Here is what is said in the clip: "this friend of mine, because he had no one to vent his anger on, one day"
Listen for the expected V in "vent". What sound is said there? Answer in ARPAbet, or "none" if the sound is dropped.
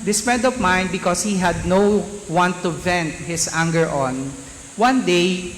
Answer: V